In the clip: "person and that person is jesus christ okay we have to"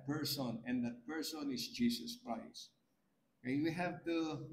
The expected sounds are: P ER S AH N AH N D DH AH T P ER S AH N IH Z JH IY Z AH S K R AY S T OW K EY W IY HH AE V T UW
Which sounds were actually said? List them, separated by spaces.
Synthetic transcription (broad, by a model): P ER S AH N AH N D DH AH T P ER S AH N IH S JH IY S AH S K R AY S T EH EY W IY HH AE V T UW